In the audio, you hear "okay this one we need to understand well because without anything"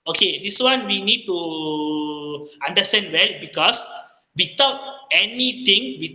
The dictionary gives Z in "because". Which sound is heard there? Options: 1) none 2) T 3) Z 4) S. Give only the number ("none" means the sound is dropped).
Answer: 4